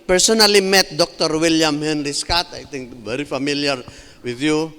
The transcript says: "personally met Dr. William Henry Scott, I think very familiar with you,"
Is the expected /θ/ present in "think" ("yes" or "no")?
no